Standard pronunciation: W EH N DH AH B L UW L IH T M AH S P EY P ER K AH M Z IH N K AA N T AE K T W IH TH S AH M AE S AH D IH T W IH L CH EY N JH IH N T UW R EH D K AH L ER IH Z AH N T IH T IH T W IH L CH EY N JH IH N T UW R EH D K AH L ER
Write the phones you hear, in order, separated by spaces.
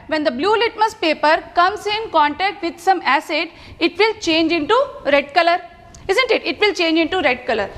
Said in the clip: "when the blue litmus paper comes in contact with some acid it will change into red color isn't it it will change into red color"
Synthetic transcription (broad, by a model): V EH N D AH B L UW L IH T M AH S P EY P ER K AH M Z IH N K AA N T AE K T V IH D S AH M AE S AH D IH T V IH L CH EY N JH IH N T UW R EH D K AH L ER IH Z AH N T IH T IH T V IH L CH EY N JH IH N T UW R EH D K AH L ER